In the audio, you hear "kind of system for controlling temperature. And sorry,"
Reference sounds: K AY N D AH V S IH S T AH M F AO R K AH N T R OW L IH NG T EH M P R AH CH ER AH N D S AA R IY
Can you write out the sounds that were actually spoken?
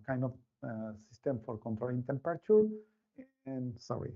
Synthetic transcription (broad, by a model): K AY N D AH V S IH S T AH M F AO R K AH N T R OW IH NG T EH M P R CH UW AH N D S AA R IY